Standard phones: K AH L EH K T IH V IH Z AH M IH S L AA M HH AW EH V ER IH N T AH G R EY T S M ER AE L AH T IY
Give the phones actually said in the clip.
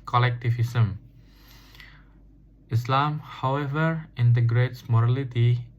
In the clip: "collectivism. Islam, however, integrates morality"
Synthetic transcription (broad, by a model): K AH L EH K T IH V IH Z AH M IH S L AA M HH AW EH V ER IH N T AH G R EY T S M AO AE L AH T IY